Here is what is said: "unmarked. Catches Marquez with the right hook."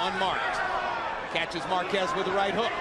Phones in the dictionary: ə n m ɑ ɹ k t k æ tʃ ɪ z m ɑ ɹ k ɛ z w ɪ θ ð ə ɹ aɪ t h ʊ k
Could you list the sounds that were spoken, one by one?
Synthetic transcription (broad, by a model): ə n m ɑ ɹ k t k æ tʃ ɪ z m ɑ ɹ k ɛ z w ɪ ð ə ɹ aɪ t h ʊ